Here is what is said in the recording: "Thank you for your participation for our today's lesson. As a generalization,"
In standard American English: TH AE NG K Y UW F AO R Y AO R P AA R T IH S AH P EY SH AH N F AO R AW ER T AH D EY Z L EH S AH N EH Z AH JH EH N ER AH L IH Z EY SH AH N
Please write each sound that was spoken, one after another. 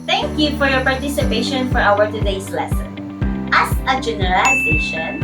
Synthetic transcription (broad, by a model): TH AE NG K Y UW F AO R Y AO R P AA R T IH S AH P EY SH AH N F AO R AW ER T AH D EY S L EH S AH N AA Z AH JH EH N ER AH L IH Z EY SH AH N